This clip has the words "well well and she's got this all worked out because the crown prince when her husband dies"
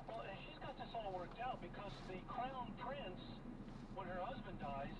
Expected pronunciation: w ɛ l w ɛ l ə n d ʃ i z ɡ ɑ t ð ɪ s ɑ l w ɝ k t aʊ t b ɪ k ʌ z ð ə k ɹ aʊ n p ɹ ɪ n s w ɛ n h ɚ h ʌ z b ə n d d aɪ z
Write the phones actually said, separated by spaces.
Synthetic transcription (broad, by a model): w w ɛ l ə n ʃ i z ɡ ɑ t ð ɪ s ɑ l w ɝ k t aʊ t b ɪ k ʌ z ð ə k ɹ aʊ n p ɹ ɪ n s w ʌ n ɚ h ʌ z b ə n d d aɪ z